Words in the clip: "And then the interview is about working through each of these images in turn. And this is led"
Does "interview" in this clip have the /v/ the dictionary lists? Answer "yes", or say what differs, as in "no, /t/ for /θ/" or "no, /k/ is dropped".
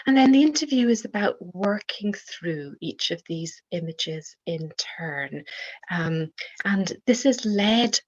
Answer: yes